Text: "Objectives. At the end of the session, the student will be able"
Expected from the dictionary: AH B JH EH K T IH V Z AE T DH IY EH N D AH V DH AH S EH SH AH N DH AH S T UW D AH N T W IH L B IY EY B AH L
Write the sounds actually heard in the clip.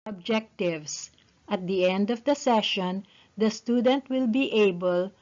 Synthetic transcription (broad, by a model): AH B JH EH K T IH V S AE T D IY EH N D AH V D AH S EH SH AH N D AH S T UW D AH N T W IH L B IY EY B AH L